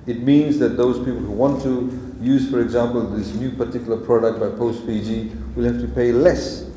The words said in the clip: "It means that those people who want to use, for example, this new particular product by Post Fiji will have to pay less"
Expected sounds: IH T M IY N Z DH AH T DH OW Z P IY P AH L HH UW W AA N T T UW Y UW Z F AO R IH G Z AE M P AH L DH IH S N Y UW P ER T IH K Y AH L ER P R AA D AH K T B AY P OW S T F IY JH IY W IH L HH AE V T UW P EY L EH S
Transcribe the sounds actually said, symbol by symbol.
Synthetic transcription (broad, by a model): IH T M IY N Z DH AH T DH OW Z P IY P AH L HH UW W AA N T T UW Y UW Z F AO R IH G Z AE M P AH L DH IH S N Y UW P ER T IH K Y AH L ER P R AA D AH K T B AY P OW S T P IY JH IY W IH L HH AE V T UW P EY L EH S